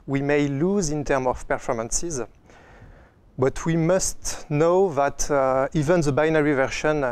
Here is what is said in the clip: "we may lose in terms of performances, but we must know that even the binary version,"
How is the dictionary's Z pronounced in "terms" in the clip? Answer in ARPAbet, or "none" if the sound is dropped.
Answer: none